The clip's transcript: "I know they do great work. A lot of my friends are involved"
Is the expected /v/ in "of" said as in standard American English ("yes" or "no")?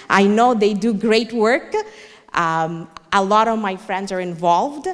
yes